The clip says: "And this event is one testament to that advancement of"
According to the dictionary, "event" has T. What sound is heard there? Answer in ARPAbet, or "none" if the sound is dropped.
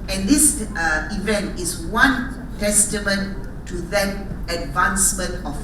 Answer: T